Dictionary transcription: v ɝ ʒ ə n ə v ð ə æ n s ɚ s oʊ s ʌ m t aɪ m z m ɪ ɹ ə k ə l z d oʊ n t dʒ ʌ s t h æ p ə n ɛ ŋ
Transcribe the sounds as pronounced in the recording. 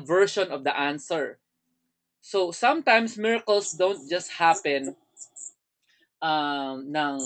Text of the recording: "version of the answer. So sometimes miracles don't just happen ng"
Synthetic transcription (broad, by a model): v ɝ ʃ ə n ə v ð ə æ n s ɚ s oʊ s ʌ m t aɪ m s m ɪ ɹ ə k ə l s d oʊ n t dʒ ʌ s t h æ p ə n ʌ ŋ